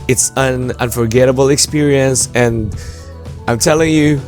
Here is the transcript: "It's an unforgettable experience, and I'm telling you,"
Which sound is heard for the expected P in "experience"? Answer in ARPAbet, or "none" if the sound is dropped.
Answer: P